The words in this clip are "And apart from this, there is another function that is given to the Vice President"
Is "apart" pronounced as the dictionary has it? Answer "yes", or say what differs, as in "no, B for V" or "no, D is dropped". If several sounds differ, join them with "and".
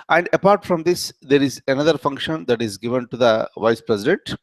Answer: yes